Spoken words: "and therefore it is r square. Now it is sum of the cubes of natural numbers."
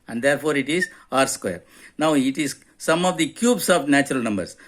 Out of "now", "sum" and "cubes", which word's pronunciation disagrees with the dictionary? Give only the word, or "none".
cubes